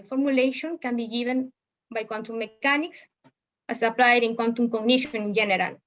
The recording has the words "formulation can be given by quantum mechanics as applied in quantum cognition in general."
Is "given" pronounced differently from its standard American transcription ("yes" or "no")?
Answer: yes